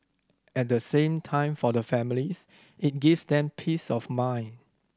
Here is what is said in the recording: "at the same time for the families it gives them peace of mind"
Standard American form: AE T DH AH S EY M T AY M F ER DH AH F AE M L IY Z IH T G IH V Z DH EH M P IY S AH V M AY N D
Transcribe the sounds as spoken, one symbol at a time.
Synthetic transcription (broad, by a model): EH T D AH S EY M T AY M F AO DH AH F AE M L IY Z IH T G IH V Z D EH M P IY S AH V M AY N